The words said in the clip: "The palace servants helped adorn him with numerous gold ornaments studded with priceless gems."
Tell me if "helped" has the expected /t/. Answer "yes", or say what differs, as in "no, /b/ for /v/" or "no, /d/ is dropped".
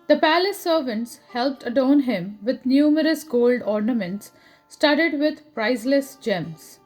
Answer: yes